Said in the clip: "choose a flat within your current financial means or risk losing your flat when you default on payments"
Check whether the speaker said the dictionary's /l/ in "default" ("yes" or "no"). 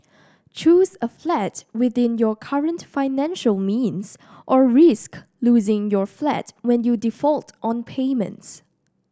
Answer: yes